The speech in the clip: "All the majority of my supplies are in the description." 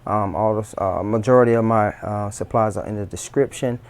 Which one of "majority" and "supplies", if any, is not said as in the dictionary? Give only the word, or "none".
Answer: none